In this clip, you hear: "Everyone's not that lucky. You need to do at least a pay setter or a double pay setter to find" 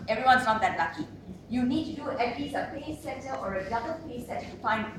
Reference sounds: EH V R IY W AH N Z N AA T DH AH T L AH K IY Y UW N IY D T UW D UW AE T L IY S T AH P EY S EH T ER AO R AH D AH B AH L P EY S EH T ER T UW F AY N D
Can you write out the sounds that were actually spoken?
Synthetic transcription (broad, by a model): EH V R IY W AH N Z N AA T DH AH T L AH K IY Y UW N IY D T UW D UW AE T L IY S AH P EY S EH T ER AO R AH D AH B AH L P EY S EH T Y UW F AY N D